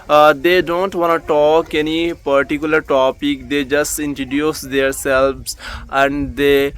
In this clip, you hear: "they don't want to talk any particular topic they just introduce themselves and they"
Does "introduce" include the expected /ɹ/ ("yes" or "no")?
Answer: no